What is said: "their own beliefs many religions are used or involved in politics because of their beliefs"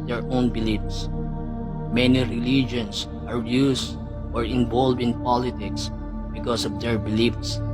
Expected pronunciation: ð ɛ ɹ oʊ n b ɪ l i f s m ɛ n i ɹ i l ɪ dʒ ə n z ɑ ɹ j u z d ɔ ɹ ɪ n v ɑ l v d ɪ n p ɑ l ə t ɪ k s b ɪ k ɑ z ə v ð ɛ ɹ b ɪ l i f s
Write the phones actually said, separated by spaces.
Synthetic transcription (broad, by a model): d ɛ ɹ oʊ n b ɪ l i f s m ɛ n i ɹ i l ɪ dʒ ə n s ɑ ɹ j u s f ɔ ɹ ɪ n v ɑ l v ɪ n p ɑ l ə t ɪ k s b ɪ k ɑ s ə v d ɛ ɹ b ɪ l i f s